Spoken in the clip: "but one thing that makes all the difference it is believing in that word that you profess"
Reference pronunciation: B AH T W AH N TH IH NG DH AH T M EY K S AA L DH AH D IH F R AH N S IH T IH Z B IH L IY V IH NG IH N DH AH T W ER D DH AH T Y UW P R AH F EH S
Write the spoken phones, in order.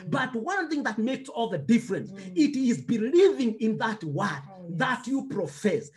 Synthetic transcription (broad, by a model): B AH T W AH N TH IH NG DH AH T M EY K S AA L DH AH D IH F R AH N S IH T IH Z B IH L IY V IH NG IH N DH AH T W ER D DH AH T Y UW P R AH F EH S